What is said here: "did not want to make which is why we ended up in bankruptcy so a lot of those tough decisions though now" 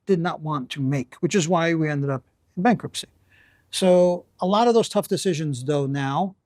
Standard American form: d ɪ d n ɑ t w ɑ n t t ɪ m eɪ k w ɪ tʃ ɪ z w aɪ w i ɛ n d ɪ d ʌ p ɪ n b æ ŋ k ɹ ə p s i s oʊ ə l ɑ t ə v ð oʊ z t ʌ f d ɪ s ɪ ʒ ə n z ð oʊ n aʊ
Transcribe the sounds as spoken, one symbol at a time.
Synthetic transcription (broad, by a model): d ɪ d n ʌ t w ɑ n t t ɪ m eɪ k w ɪ tʃ ɪ z w aɪ w i ɛ n d ɪ d ʌ p ɪ n b æ ŋ k ɹ ə p s i s oʊ ə l ɑ t ə v ð oʊ z t ʌ f d ɪ s ɪ ʒ ə n z ð oʊ n aʊ